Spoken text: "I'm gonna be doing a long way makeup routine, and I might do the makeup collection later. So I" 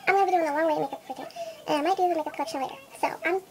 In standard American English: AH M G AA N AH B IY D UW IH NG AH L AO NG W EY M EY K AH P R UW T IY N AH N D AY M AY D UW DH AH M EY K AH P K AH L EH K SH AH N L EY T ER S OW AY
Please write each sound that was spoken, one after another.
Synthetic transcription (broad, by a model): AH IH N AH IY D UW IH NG AH W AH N W EY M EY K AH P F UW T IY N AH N AY M AY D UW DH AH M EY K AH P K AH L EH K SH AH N L EY T ER S OW AY